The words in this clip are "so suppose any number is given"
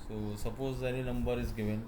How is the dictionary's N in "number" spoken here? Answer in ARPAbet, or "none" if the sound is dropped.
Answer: L